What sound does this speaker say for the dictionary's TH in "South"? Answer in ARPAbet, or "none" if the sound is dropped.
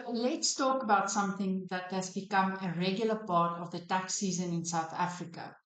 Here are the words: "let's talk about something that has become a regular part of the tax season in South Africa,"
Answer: TH